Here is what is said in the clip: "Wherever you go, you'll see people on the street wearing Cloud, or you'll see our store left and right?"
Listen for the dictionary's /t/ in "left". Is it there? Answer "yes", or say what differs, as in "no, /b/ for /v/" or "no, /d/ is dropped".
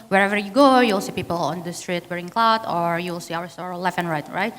no, /t/ is dropped